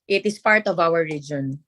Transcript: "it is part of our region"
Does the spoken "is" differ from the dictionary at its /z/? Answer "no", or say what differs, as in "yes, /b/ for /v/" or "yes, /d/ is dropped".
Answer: yes, /s/ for /z/